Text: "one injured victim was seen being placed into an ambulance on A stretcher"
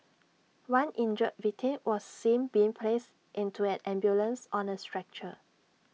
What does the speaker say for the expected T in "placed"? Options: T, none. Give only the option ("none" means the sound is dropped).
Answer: T